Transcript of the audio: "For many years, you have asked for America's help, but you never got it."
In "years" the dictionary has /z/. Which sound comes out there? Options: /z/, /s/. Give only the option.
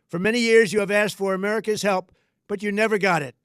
/z/